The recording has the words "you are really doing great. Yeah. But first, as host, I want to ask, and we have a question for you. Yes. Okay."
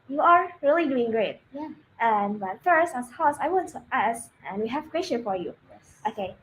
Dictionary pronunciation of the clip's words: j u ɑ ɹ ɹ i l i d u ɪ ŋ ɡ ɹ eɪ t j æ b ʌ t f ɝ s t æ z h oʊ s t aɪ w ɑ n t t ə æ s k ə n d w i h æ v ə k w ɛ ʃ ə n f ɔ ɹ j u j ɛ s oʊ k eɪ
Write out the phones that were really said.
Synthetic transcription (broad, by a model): j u ɑ ɹ ɹ i l i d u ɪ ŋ ɡ ɹ eɪ t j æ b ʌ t f ɝ s t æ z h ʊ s aɪ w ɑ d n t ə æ s ə n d w i h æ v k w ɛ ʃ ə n f ɔ ɹ j u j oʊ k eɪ